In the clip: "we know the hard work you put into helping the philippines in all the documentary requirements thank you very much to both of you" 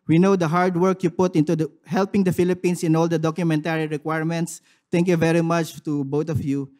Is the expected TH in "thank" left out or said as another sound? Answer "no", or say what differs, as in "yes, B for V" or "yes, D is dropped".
yes, T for TH